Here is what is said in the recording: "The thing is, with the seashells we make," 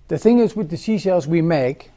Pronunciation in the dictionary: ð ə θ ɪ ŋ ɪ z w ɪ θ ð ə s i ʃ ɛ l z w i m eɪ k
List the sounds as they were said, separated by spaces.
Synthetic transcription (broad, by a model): ð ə θ ɪ ŋ ɪ z w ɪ ð ə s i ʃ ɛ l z w i m eɪ k